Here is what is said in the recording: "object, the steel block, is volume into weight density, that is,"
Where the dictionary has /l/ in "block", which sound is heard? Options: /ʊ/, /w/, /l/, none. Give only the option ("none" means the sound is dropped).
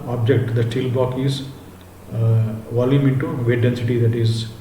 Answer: none